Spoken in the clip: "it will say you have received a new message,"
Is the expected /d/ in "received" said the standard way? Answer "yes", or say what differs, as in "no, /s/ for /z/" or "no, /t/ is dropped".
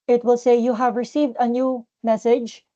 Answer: yes